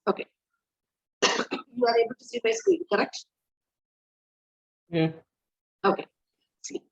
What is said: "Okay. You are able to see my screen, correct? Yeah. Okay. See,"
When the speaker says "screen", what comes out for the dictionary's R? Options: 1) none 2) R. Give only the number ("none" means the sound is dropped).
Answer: 1